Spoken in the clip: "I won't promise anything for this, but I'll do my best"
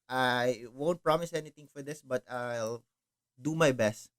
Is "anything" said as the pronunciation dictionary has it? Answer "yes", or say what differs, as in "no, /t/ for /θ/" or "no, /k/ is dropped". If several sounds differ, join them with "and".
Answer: no, /t/ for /θ/